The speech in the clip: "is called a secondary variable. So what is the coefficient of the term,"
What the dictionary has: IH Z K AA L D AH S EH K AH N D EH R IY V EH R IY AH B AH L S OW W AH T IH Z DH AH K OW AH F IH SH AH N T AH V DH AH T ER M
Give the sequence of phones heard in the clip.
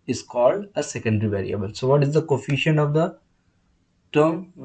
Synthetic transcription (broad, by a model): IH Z K AA L D AH S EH K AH N D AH R IY V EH R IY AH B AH L S OW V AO T IH Z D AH K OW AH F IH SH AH N AH V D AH T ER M